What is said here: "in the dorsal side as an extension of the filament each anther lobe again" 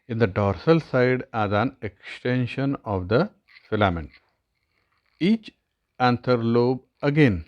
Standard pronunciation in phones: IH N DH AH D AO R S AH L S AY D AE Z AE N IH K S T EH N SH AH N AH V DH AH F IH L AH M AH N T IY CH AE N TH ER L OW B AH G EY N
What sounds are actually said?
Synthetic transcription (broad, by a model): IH N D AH D AO R S AH L S AY D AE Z AE N IH K S T EH N SH AH N AH V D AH F IH L AH M AH N T IY CH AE N T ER L OW B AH G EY N